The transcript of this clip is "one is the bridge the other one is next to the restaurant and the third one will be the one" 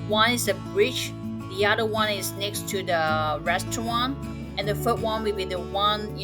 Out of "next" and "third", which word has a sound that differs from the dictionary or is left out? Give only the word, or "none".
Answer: third